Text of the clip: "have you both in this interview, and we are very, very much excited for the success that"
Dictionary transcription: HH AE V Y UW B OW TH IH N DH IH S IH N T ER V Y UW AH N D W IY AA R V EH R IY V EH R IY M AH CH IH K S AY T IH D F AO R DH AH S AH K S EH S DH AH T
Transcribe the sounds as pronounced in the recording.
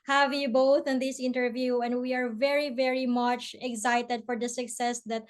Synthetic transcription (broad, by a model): HH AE V Y UW B OW TH IH N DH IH S IH N T ER V Y UW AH N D W IY AA R V EH R IY V EH R IY M AH CH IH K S AY T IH D F AO R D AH S AH K S EH S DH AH T